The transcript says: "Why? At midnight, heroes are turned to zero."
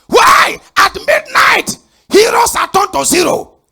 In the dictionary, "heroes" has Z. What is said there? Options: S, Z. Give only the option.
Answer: S